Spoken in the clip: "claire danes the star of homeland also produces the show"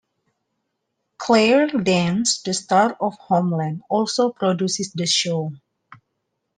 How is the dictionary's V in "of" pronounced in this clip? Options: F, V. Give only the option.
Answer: F